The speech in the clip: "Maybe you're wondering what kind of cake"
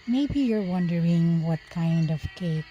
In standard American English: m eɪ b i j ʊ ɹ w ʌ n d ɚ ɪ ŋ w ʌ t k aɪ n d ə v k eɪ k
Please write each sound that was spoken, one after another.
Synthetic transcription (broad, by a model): m eɪ b i j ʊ ɹ w ʌ n d ɚ ɪ ŋ w ʌ t k aɪ n d ə v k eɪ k